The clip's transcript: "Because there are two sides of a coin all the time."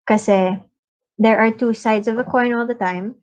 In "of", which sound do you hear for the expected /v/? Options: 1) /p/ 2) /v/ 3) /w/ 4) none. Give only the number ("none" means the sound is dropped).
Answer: 2